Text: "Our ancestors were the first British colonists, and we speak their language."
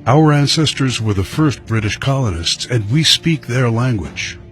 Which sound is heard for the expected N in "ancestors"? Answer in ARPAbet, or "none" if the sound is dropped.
N